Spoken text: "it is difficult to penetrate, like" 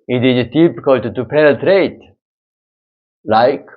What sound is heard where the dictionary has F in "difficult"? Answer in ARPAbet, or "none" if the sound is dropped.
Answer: P